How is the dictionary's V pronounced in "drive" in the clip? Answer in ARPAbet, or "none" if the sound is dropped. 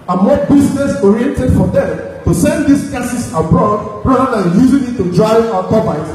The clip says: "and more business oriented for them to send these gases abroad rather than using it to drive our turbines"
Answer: none